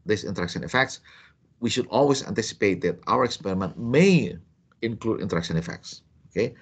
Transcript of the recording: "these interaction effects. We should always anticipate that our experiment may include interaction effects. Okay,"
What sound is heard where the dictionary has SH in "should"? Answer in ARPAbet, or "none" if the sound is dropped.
SH